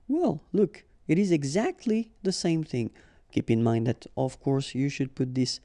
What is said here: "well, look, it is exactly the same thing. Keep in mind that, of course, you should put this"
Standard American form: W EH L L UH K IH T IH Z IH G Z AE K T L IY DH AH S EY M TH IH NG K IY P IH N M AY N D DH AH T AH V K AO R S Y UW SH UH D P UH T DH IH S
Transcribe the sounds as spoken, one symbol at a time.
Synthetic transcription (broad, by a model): W EH L L UH K IH T IH Z IH G Z AE K T L IY DH AH S EY M TH IH NG K IY P IH N M AY N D DH AH T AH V K AO R S Y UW SH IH D P UH T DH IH S